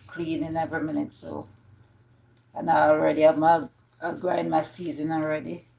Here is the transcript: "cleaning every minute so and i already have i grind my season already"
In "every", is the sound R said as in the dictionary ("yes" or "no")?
yes